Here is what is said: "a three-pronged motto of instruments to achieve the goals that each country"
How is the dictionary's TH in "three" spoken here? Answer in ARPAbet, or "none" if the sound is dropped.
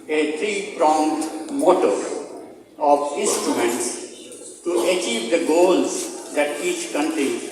T